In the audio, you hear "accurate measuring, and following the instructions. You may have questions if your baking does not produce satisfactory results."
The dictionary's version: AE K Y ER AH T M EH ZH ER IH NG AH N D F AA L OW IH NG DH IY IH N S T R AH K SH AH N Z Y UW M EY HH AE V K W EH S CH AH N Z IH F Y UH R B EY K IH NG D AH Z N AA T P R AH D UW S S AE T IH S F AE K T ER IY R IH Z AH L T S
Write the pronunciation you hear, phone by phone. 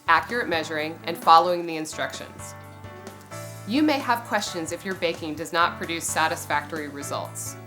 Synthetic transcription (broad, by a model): AE K Y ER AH T M EH ZH ER IH NG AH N F AA L OW IH NG DH IY IH N S T R AH K SH AH N Z Y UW M EY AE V K W EH S CH AH N Z IH F Y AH R B EY K IH NG D AH Z N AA T P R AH D UW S S AE T IH S F AE K T ER IY R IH Z AH L T S